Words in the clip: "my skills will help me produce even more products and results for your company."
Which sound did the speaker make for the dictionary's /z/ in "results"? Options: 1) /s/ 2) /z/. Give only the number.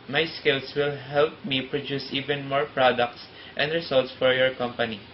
1